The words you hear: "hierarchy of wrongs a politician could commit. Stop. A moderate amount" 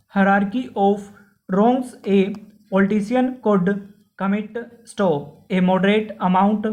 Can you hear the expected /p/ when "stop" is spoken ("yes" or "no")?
no